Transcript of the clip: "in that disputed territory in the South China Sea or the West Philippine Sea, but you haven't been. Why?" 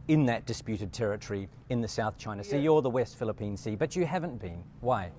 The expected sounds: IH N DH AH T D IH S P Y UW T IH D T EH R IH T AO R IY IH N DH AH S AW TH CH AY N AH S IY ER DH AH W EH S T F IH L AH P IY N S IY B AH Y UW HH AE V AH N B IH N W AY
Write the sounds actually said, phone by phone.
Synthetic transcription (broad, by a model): IH N DH AH T D IH S P Y UW T IH D T EH R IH T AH R IY IH N DH AH S AW TH CH AY N AH S IY ER DH AH W EH S T F IH L AH P IY N S IY B AH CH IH HH AE V AH N B IH N W AY